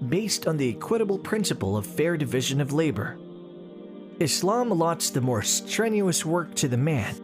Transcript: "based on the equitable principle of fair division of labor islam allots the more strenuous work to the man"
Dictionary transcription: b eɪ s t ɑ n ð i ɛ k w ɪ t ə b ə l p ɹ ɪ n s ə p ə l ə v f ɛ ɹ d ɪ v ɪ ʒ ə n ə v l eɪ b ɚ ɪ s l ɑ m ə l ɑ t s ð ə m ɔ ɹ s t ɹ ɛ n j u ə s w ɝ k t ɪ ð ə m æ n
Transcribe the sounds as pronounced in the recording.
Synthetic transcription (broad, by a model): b eɪ s t n ð i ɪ k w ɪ t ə b l p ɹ ɪ n s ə p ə l ə v f ɛ ɹ d ɪ v ɪ ʒ ə n ə v l eɪ b ɚ ɪ s l ɑ m l ɑ t s ð ə m ɔ ɹ s t ɹ ɛ n j u ə s w ɝ k t ɪ ð ə m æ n